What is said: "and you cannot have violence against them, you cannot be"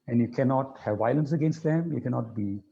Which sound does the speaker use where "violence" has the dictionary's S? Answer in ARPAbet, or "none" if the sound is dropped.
S